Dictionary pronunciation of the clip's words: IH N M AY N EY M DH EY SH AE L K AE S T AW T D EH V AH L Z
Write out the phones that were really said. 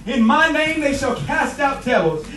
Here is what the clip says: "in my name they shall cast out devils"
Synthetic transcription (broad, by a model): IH N M AY N EY M DH EY SH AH L K AE S T AW T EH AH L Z